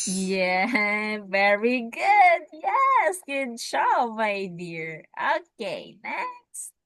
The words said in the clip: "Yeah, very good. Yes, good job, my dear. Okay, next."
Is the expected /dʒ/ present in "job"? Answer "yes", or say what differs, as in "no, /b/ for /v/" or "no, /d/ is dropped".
no, /tʃ/ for /dʒ/